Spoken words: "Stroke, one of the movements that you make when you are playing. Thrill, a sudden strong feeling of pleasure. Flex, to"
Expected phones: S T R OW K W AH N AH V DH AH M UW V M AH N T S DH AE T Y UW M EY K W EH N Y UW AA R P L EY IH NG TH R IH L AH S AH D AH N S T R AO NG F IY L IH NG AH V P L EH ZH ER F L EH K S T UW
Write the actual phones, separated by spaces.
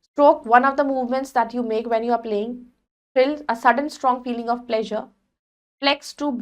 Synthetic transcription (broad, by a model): S T R OW K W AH N AH V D AH M UW V M AH N T S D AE T Y UW M EY K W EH N Y UW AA R P L EY IH NG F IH L AH S AH D AH N S T R AO NG F IY L IH NG AH V P L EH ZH ER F L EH K S T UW